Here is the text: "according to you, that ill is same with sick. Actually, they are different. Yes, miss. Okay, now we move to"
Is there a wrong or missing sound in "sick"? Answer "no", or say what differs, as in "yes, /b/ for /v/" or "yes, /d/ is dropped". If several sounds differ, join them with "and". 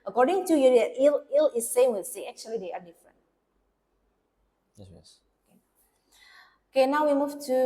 yes, /k/ is dropped